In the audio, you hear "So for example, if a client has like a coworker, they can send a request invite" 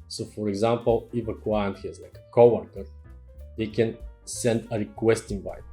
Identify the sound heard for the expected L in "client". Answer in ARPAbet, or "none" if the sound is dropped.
W